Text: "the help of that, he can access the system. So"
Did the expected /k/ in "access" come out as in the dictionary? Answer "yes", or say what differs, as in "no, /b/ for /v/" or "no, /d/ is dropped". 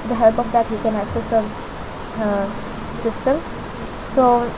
yes